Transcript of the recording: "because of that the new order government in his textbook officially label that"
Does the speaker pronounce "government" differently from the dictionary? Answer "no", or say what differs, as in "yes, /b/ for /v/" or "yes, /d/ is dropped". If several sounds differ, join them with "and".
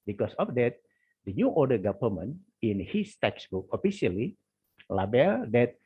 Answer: yes, /t/ is dropped